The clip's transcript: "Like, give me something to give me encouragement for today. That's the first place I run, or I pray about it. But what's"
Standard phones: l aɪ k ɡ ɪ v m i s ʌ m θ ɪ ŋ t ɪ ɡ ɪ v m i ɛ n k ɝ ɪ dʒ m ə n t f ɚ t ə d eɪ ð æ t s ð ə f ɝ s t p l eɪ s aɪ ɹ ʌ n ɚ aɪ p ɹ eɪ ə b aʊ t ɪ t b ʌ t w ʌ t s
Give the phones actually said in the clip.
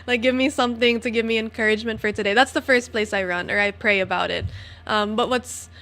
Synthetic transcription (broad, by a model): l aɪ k ɡ ɪ v m i s ʌ m θ ɪ ŋ t ɪ ɡ ɪ v m i ɛ n k ɝ ɪ dʒ m ə n t f ɚ t ə d eɪ ð æ t s ð ə f ɝ s p l eɪ s aɪ ɹ ʌ n ɚ aɪ p ɹ eɪ ə b aʊ t ɪ t b ʌ t w ʌ t s